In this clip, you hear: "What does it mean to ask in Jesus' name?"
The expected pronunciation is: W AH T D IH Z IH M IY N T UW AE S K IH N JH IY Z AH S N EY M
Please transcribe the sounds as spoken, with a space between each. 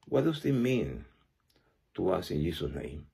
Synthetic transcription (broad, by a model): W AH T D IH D IH M IY N T UW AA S IH N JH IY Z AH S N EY M